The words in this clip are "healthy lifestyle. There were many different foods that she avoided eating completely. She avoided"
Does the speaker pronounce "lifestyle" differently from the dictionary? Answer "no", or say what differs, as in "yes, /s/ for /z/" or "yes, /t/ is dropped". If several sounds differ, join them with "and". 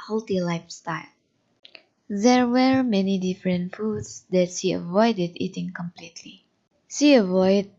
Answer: no